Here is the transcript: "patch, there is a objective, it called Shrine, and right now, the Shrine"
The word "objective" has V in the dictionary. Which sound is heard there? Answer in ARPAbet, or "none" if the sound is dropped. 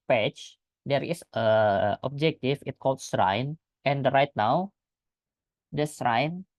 F